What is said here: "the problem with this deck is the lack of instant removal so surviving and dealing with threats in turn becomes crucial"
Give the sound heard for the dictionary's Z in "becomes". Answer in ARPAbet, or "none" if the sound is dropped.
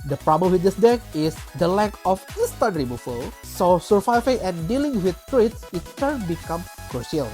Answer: none